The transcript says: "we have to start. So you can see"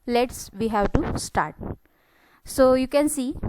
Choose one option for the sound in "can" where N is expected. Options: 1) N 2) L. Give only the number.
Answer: 1